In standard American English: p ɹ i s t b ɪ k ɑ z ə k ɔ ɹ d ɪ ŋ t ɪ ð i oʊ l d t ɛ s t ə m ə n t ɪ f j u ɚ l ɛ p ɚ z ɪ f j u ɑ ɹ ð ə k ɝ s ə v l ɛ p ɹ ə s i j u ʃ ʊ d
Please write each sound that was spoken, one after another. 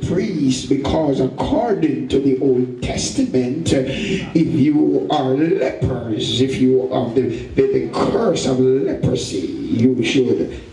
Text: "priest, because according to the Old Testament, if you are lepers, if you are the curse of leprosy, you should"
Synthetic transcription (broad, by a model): p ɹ i s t b ɪ k ɑ z ə k ɔ ɹ d ɪ ŋ t ɪ ð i oʊ l d t ɛ s t ə m ə n t ɪ f j u ɚ l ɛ p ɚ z ɪ f j u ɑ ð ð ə k ɝ s ə v l ɛ p ɹ ə s i j u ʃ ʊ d